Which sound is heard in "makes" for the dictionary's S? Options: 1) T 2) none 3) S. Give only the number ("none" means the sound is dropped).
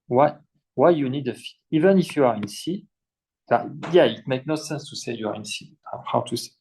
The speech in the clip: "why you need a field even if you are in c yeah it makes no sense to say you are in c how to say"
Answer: 2